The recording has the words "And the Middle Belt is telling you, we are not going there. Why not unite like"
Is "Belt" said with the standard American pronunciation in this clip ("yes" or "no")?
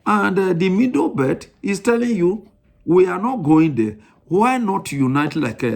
no